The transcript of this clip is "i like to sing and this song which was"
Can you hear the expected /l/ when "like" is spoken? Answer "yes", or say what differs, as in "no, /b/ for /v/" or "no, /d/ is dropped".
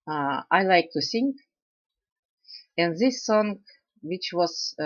yes